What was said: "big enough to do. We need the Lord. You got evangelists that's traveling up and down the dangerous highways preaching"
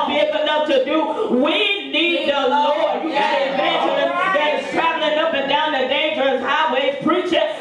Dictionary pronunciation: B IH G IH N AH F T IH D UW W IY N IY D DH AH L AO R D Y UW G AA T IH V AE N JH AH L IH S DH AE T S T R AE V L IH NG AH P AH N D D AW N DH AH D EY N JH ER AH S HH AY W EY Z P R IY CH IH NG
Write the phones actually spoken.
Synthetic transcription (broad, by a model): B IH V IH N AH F T IH D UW W IY N IY D DH AH L AO R D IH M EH IH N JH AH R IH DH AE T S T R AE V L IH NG AH P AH N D D AW N DH AH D EY N JH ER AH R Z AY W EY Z P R IY CH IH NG